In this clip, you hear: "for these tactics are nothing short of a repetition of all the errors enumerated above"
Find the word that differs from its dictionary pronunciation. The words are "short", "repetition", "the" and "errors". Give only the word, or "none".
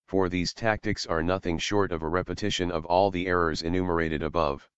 none